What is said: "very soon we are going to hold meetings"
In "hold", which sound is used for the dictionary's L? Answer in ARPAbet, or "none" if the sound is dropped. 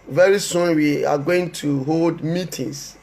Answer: L